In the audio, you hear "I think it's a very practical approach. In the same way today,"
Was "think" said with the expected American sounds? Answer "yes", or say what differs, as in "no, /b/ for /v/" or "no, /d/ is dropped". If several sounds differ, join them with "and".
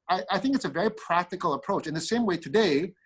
yes